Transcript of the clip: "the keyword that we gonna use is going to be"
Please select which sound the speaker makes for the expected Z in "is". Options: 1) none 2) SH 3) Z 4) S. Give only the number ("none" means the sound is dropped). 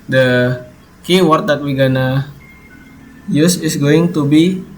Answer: 4